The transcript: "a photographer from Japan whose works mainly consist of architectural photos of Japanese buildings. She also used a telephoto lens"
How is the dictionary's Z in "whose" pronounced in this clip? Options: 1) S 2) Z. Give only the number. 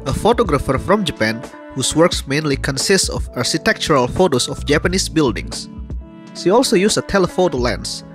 1